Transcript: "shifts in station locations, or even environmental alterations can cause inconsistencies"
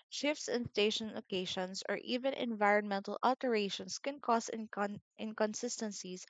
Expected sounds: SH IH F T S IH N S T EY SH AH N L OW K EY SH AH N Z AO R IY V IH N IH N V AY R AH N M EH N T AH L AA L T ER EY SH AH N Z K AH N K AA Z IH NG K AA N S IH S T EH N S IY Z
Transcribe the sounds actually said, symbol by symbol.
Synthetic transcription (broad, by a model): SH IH F T S IH N S T EY SH AH N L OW K EY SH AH N S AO R IY V IH N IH N V AY R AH N M EH N T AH L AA L T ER EY SH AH N S K AH N K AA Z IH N K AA N S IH S T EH N S IY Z